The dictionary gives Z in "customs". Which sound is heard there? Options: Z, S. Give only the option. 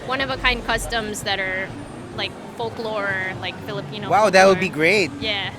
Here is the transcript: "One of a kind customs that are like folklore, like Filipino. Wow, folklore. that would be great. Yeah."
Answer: Z